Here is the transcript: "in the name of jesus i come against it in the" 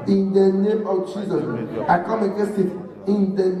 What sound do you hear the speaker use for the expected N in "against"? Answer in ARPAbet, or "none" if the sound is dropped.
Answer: none